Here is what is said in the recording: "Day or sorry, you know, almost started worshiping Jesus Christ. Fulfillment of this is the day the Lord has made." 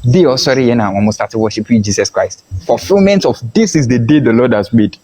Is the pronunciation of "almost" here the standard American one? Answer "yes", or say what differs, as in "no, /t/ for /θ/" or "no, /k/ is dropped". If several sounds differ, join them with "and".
no, /l/ is dropped